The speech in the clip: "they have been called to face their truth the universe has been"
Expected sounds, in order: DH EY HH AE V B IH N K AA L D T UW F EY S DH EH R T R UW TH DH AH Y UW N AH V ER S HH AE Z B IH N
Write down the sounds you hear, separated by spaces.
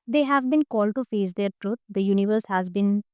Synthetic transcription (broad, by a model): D EY HH AE V B IH N K AA L D T UW F EY S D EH R T R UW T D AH Y UW N AH V ER S HH AE Z B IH N